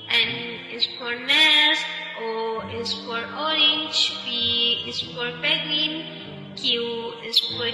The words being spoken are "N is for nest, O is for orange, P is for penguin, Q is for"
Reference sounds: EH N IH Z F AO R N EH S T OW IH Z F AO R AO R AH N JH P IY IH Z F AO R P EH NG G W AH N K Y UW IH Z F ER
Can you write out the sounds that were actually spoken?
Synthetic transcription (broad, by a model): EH N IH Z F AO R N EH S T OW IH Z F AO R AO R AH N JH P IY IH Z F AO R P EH G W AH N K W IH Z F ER